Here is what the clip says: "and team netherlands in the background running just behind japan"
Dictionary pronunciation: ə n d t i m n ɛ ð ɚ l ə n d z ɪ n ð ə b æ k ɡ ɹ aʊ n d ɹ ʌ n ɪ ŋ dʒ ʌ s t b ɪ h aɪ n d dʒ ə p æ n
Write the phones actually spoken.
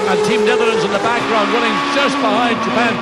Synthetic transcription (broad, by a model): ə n t i m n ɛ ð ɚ ə n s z ɪ n ð ə b æ k ɡ ɹ aʊ n d w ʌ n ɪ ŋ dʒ ʌ s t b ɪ h aɪ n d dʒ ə p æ n